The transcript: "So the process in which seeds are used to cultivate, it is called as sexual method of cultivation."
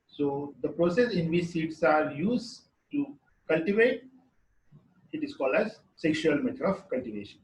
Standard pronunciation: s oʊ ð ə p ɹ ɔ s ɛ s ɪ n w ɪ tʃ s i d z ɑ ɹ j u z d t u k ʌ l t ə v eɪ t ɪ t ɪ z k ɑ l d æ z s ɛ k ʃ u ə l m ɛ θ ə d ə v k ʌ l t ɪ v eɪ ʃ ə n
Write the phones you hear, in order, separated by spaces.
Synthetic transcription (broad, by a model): s oʊ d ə p ɹ ɔ s ɛ s ɪ n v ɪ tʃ s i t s ɑ ɹ j u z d t u k ʌ l t ə v eɪ t ɪ t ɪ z k ɑ l d æ z s ɛ k ʃ u ə l m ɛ t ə d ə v k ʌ l t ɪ v eɪ ʃ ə n